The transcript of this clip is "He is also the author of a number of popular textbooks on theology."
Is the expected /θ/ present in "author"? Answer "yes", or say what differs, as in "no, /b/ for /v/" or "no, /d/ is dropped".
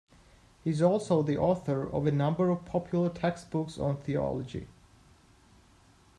yes